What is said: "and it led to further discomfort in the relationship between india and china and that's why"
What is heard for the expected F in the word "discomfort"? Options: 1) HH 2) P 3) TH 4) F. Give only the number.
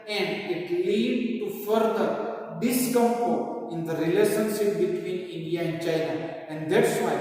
2